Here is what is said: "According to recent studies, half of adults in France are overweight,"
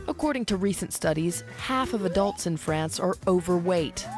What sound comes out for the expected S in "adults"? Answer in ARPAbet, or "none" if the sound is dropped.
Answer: S